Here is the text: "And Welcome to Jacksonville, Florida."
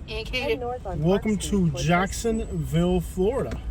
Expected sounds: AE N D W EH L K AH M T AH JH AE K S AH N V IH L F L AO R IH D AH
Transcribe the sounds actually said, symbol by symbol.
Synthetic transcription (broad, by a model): W EH L K AH M T AH JH AE K S AH N V IH L F L AO R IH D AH